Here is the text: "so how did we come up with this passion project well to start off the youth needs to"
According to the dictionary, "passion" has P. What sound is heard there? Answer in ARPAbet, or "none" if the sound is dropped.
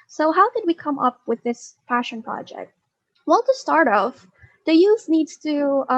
F